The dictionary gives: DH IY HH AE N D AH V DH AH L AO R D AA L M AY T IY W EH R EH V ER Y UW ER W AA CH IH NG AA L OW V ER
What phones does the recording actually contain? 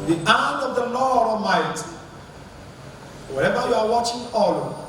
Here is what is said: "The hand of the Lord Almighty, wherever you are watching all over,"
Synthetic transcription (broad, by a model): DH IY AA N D AH V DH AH L AO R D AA M AY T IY W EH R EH V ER Y UW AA W AA CH IH NG AA L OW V